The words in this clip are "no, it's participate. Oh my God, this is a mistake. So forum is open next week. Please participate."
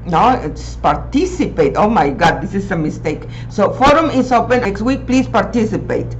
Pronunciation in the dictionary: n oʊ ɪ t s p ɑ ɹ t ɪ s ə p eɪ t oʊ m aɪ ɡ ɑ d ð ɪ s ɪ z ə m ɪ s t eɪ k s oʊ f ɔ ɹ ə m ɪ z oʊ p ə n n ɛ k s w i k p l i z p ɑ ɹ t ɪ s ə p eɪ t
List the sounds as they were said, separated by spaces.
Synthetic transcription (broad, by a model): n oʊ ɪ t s p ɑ ɹ t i s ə p eɪ t oʊ m aɪ ɡ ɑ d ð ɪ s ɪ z ə m ɪ s t eɪ k s oʊ f ɔ ɹ ə m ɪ s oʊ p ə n n ɛ k s w i k p l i s p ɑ ɹ t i s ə p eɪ t